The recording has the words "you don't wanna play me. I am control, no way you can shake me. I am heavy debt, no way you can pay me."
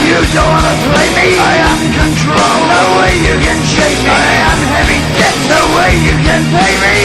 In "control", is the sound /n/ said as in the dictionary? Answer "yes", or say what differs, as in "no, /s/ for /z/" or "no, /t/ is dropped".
yes